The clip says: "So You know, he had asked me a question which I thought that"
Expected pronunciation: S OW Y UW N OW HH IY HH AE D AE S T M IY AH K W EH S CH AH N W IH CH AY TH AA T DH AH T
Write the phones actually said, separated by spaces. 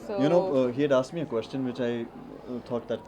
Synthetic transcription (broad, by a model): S Y UW N OW HH IY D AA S M IY AH K W EH S CH AH N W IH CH AY T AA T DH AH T